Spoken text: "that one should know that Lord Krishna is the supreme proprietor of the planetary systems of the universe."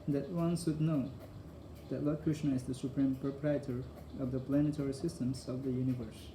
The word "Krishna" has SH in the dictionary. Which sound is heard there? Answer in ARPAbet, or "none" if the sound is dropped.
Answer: SH